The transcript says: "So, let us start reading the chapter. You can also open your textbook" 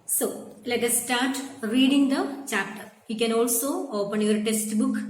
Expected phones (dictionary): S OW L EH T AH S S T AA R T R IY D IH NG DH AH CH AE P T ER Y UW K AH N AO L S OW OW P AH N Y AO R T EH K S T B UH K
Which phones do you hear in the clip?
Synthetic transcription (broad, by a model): S OW L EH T AH S S T AA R T R IY D IH NG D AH CH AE P T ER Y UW K AH N AO L S OW OW P AH N Y AO R T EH S T B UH K